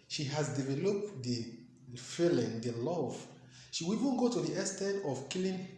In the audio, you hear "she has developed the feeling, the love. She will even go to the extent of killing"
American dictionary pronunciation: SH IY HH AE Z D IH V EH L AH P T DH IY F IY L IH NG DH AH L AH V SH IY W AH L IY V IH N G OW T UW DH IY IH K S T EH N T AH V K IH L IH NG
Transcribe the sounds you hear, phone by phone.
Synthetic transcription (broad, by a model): SH IY HH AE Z D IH V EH L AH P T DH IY F IY L IH NG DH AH L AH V SH IY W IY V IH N G OW T UW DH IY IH S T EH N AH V K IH L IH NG